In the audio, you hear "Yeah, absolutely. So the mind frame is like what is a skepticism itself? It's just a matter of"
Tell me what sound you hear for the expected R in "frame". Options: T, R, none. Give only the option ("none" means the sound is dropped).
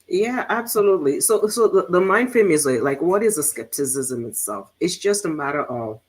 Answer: none